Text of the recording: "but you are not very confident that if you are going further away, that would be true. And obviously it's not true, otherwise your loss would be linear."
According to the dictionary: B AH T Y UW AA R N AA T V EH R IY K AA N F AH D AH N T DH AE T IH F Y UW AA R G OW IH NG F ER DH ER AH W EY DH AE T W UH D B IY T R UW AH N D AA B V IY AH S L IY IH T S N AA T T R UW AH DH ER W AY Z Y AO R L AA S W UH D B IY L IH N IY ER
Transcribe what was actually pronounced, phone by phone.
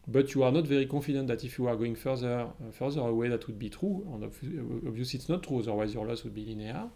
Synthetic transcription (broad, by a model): B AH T Y UW AA R N AA T V EH R IY K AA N F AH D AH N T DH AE T IH F Y UW AA R G OW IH NG F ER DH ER AH W EY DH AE T W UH D B IY T R UW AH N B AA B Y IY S IY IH T S N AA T T R UW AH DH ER W AY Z Y AO R L AA S W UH D B IY L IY N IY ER